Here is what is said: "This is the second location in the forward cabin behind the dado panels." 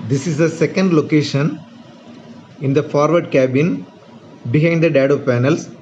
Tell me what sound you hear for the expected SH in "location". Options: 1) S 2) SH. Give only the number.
2